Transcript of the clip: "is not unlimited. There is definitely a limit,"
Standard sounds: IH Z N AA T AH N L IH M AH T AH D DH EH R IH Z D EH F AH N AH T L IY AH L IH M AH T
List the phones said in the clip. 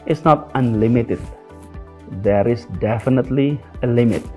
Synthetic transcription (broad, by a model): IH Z N AA T AH N L IH M AH T AH D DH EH R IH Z D EH F AH N AH T L IY AH L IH M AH T